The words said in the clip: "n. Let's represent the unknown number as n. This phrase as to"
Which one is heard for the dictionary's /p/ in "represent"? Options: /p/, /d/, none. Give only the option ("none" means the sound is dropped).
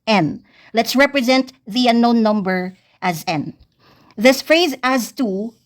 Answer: /p/